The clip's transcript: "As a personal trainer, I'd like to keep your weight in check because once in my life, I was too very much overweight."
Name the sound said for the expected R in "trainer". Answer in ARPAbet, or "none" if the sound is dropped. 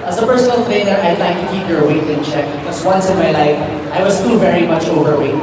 none